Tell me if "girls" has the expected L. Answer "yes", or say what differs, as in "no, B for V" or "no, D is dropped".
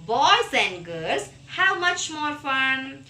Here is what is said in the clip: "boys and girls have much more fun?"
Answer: no, L is dropped